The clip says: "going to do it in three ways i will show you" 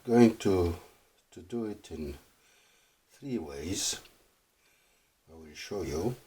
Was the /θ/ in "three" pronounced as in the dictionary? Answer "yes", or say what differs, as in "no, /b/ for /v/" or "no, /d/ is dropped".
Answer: yes